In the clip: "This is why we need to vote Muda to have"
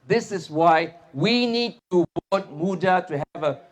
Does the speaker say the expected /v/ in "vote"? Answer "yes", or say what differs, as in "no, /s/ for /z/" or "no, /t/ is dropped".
no, /b/ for /v/